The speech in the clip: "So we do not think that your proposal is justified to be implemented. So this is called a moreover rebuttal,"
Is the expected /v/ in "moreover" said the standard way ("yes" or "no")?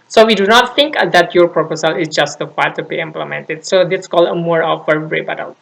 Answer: no